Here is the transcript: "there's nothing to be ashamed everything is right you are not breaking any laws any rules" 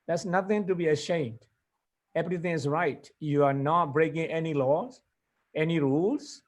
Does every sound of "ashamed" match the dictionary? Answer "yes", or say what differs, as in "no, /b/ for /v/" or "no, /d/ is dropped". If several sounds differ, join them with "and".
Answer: yes